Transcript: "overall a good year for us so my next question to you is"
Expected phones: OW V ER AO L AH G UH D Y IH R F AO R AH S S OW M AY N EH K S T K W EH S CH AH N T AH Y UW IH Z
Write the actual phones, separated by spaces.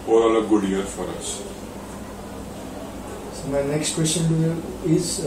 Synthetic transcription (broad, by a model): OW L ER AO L AH G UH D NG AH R F AO R AH S S OW M AY N EH K S T K W EH S CH AH N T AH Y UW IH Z